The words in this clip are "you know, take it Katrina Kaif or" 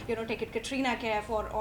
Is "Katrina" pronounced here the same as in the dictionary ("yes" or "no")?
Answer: yes